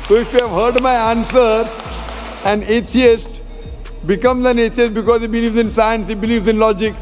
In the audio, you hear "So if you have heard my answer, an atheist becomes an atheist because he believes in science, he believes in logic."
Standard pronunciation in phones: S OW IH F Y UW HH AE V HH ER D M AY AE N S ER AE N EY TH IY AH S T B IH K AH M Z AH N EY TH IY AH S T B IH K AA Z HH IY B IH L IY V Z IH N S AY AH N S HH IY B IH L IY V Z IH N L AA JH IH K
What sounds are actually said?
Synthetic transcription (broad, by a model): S OW IH F Y UW HH AE V HH ER D M AY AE N S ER AE N EY T IY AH S T B IH K AH M Z AH N EY T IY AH S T B IH K AA Z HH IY B IH L IY V Z IH N S AY AH N S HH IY B IH L IY V Z IH N L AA JH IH K